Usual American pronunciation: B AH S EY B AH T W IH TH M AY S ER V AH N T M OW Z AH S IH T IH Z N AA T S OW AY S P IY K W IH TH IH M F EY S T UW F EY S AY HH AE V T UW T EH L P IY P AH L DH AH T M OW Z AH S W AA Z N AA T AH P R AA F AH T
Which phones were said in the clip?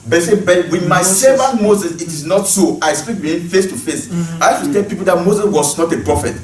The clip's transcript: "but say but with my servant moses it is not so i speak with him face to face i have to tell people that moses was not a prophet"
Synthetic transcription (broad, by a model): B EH S EY B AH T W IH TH M AY S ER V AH N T M OW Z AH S IH T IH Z N AA T S OW AY S P IY K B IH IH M F EY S T UW F EY S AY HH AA F T UW T EH L P IY P AH L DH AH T M OW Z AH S W AA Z N AA T AH P R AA F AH T